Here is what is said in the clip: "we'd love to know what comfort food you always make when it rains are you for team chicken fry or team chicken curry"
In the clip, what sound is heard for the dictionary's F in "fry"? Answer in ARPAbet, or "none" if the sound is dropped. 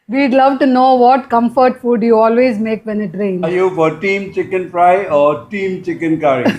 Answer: P